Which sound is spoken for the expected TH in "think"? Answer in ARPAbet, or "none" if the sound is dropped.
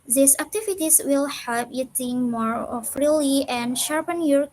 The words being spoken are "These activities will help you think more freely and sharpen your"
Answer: T